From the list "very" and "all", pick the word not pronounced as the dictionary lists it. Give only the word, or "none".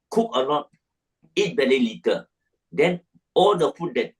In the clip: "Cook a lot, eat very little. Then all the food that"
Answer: very